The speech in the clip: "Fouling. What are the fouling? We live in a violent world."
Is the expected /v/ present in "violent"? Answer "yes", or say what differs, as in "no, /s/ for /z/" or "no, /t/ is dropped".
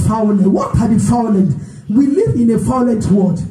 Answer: no, /f/ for /v/